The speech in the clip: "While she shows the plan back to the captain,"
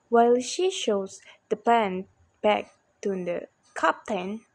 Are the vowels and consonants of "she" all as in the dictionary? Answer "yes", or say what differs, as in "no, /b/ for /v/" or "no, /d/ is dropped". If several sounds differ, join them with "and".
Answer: yes